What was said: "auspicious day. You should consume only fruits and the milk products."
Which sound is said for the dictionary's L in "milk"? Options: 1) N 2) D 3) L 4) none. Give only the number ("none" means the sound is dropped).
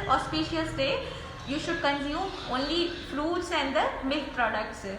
4